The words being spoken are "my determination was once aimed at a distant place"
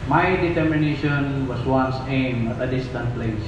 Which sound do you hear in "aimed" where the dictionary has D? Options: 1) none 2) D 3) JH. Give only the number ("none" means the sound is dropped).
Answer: 1